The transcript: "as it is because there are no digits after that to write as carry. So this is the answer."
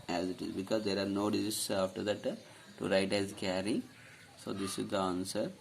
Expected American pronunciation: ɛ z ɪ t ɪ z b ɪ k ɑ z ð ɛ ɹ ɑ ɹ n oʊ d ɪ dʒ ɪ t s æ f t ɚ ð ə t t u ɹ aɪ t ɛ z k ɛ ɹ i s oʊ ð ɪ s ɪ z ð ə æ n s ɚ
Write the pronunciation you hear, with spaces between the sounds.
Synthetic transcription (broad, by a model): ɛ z ɪ t ɪ z b ɪ k ɑ z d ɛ ɹ ɑ ɹ n oʊ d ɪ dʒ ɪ s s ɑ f t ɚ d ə t t u ɹ aɪ t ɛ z k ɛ ɹ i s oʊ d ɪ s ɪ z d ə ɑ n s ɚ